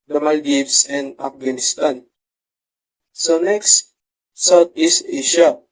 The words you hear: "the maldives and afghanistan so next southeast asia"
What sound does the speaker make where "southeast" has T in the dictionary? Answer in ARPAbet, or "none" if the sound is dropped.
none